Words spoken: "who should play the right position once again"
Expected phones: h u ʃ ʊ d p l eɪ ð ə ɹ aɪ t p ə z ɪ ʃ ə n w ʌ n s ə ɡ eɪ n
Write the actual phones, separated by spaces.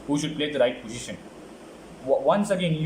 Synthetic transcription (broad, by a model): h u ʃ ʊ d p l eɪ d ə ɹ aɪ t p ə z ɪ ʃ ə n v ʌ n s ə ɡ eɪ n